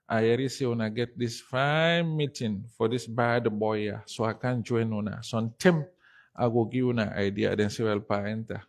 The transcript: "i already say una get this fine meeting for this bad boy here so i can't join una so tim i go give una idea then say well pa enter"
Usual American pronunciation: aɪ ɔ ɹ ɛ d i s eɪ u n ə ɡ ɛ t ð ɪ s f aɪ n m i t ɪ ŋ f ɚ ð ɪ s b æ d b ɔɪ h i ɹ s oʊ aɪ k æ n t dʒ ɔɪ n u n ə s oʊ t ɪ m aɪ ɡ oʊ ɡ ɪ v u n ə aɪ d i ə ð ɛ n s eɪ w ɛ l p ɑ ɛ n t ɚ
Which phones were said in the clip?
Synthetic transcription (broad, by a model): aɪ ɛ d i s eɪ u n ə ɡ ɛ t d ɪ s f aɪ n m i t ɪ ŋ f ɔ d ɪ s b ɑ d b ɔɪ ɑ s oʊ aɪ k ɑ n dʒ ɔɪ n u n ə s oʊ t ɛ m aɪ ɡ oʊ ɡ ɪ u n ə aɪ d i ə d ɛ n s eɪ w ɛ l p ɑ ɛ n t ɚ